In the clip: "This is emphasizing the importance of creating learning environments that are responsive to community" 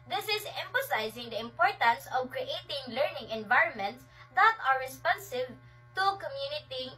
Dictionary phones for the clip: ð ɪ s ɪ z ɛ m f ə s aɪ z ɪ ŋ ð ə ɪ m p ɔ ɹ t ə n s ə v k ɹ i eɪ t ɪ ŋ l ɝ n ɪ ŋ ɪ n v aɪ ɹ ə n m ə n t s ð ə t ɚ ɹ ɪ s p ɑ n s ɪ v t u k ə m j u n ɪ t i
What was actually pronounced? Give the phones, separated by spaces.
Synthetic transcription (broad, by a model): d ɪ s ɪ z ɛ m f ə s aɪ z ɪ ŋ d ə ɪ m p ɔ ɹ t ə n s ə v k ɹ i eɪ t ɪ ŋ l ɝ n ɪ ŋ ɪ n v aɪ ɹ ə n m ə n t s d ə t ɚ ɹ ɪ s p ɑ n s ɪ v t u k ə m j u n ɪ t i